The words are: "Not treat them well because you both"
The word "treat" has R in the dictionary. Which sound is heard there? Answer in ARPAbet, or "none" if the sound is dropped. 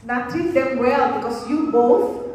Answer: none